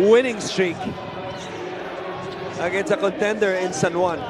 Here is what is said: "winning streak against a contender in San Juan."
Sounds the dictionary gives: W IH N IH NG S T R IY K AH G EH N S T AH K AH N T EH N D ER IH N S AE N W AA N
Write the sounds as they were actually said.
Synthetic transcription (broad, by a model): W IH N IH NG S T R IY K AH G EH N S AH K AH N T EH N D ER IH N S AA N W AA N